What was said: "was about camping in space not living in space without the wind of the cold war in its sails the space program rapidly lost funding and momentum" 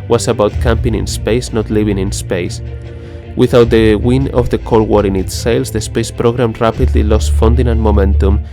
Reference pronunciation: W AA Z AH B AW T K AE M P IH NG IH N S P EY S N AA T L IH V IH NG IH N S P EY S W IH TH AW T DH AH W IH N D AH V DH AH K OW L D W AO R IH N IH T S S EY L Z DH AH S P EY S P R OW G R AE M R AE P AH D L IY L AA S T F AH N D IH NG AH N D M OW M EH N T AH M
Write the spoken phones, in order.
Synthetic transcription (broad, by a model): W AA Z AH B AW T K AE M P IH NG IH N S P EY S N AA T L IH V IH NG IH N S P EY S W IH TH AW T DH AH W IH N AH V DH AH K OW L W AO R IH N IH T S S EY L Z DH AH S P EY S P R OW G R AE M R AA P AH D L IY L AA S T F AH N D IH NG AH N M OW M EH N T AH M